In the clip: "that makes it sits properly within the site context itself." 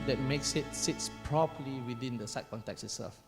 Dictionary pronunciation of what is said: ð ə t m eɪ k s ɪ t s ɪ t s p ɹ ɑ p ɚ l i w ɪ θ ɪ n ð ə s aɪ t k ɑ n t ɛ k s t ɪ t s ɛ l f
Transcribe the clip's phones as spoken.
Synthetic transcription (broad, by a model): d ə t m eɪ k s ɪ t s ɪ t s p ɹ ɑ p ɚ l i w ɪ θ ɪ n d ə s aɪ t k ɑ n t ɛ k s ɪ t s ɛ l f